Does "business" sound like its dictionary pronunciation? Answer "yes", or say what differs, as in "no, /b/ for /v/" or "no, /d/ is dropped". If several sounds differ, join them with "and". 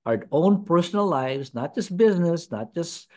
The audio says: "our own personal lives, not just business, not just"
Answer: yes